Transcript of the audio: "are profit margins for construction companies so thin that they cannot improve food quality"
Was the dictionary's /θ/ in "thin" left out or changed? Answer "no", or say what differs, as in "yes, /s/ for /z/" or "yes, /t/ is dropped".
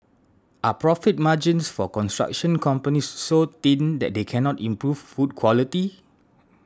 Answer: yes, /t/ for /θ/